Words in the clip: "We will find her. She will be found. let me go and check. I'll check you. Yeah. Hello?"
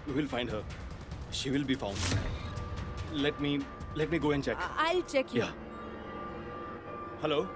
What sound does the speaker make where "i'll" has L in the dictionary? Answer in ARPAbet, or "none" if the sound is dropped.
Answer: L